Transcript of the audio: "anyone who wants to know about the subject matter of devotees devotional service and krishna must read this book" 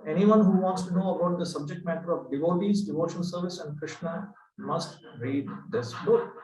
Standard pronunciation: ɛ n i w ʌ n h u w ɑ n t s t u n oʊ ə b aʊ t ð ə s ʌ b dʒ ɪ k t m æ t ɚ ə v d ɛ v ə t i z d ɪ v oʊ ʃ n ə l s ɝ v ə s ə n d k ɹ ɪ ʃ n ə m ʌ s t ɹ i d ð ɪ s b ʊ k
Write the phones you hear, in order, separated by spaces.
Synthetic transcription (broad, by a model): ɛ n i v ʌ n h u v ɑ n t s t u n oʊ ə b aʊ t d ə s ʌ b dʒ ɪ k t m æ t ɚ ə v d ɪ v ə t i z d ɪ v oʊ ʃ ə n s ɝ v ə s ə n d k ɹ ɪ ʃ n ə m ʌ s t ɹ i d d ɪ s b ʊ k